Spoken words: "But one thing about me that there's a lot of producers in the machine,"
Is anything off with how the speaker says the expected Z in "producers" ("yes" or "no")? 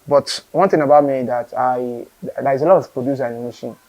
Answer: yes